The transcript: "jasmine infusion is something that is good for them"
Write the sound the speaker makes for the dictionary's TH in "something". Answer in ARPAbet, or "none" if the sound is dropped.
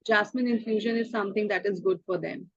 T